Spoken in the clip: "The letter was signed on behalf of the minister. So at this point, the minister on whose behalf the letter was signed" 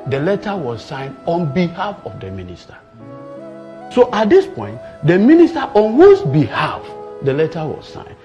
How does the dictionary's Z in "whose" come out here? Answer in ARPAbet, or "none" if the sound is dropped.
S